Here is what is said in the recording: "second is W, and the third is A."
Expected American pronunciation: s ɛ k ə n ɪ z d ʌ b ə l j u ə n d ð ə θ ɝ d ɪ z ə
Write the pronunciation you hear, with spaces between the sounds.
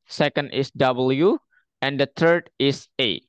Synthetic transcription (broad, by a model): s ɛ k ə n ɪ s d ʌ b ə l j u ə n d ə t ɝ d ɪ s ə